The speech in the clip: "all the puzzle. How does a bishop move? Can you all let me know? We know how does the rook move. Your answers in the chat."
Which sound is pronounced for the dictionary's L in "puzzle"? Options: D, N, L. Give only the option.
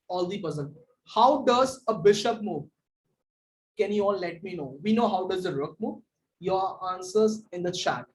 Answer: N